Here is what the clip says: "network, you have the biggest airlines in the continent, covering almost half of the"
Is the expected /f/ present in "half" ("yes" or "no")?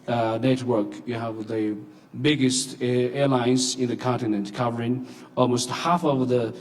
yes